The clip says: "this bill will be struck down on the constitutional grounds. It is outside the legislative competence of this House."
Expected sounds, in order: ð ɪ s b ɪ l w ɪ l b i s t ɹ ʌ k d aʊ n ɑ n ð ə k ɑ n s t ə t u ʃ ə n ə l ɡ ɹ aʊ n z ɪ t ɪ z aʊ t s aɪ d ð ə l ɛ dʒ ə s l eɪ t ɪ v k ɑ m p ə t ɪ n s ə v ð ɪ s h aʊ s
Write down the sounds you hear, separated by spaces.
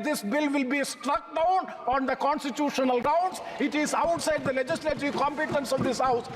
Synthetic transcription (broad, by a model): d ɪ s b ɪ l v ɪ l b i s t ɹ ʌ k d aʊ n ɑ n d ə k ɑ n s t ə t u ʃ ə n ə l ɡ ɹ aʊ n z ɪ t ɪ z aʊ t s aɪ d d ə l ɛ dʒ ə s l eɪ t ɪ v k ɑ m p ə t ɪ n s ə v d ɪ s h aʊ s